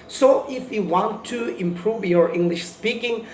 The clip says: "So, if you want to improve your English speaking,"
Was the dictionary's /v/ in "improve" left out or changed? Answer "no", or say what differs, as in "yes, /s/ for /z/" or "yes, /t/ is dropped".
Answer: no